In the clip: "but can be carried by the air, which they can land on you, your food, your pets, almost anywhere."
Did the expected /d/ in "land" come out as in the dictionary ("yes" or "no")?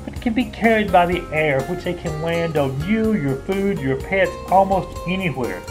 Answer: yes